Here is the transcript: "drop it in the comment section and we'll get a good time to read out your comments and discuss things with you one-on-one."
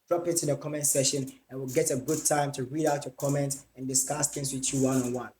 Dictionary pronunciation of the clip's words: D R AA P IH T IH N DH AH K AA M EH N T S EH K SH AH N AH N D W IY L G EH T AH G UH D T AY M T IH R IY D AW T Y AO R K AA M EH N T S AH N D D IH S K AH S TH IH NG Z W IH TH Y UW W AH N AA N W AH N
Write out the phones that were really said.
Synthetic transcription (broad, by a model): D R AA P IH T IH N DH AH K AA M EH N T S EH SH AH N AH N W IY L G EH T AH G UH D T AY M T IH R IY D AW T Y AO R K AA M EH N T AH N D D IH S K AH S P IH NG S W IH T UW W AH N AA N W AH N